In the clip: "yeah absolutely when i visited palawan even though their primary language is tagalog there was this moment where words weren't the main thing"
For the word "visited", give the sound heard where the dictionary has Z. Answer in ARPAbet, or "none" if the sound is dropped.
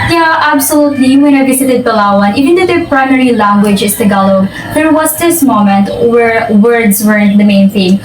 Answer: S